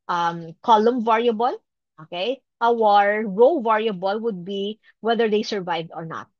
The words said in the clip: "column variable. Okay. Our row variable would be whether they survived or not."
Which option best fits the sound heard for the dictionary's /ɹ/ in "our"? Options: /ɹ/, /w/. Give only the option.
/ɹ/